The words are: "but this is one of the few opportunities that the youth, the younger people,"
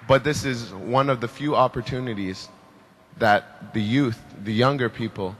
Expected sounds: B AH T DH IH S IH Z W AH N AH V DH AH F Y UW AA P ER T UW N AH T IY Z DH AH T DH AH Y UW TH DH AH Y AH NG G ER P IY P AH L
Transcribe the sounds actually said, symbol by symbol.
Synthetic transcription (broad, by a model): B AH T DH IH S IH Z W AH N AH V DH AH F Y UW AA P ER T UW N AH T IY Z DH AH T DH AH Y UW TH DH AH Y AH NG G ER P IY P L